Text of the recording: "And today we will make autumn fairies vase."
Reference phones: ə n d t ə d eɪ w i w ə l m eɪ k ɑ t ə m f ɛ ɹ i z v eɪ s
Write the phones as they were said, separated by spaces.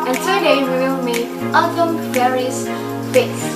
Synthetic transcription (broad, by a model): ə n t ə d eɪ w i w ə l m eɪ ɑ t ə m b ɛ ɹ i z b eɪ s